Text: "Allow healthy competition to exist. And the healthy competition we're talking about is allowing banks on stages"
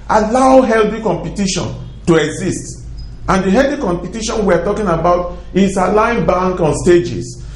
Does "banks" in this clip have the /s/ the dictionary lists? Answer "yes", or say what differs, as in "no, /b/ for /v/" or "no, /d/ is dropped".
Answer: no, /s/ is dropped